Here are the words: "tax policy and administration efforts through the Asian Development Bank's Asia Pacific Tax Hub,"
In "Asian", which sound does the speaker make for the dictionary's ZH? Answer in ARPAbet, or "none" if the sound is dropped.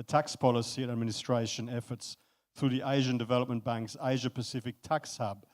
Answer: ZH